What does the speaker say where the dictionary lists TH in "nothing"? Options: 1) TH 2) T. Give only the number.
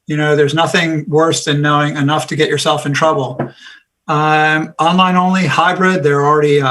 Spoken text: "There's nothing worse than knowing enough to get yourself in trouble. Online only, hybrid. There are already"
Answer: 1